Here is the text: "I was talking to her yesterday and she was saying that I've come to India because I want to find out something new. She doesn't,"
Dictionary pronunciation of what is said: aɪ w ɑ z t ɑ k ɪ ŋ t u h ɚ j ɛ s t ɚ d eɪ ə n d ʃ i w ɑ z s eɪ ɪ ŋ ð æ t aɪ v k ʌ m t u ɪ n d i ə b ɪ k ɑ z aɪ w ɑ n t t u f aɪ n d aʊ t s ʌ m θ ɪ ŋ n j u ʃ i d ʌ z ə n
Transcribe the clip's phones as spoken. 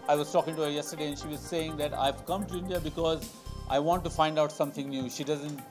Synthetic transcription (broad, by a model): aɪ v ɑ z t ɑ k ɪ ŋ t u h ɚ j ɛ s t ɚ d eɪ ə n ʃ i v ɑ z s eɪ ɪ ŋ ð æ t aɪ v k ʌ m t u ɪ n d i ə b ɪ k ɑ z aɪ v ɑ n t t u f aɪ n d aʊ t s ʌ m t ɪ ŋ n j u ʃ i d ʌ z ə n